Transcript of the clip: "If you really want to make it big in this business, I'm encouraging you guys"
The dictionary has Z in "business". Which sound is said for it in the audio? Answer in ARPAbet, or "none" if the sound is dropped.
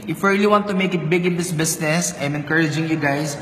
S